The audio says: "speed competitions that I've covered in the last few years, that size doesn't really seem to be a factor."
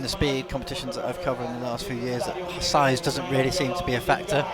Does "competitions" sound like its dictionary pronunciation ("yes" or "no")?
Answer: yes